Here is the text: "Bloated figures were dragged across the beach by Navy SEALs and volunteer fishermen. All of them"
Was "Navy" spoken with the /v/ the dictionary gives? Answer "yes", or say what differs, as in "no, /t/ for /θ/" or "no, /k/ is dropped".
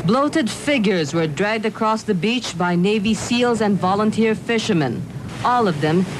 yes